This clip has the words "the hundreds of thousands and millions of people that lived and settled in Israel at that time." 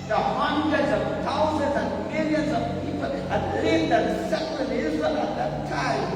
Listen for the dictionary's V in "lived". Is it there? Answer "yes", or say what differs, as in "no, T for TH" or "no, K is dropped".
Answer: no, V is dropped